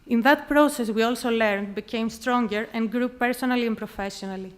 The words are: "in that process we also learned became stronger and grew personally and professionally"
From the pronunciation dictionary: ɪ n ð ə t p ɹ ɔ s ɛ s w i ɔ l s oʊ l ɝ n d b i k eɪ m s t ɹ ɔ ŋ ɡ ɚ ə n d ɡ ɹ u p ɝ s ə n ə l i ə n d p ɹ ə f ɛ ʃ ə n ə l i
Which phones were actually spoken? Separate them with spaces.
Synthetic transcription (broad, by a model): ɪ n ð ə t p ɹ ɔ s ɛ s w i ɔ l s oʊ l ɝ n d b i k eɪ m s t ɹ ɔ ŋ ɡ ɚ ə n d ɡ ɹ u p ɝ s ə n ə l i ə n p ɹ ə f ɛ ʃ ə n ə l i